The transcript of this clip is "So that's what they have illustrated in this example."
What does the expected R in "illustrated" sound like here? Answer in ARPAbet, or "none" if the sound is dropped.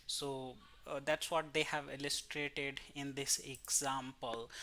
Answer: R